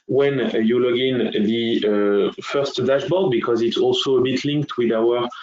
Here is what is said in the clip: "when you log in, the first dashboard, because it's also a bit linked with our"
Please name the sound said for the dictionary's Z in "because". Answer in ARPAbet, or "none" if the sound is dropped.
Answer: Z